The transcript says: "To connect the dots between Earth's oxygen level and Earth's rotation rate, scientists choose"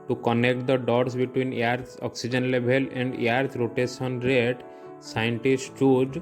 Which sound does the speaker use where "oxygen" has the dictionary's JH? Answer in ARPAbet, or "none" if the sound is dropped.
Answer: JH